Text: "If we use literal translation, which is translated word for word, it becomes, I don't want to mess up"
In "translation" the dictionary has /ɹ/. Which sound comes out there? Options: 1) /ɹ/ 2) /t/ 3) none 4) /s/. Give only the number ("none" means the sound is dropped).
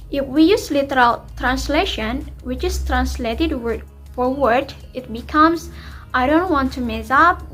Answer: 1